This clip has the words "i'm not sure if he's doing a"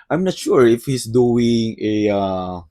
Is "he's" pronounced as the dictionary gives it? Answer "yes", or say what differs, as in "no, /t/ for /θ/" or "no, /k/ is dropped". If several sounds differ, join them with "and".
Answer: no, /s/ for /z/